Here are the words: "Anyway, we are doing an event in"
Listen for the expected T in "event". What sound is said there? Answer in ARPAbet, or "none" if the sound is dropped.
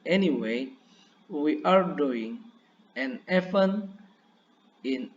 none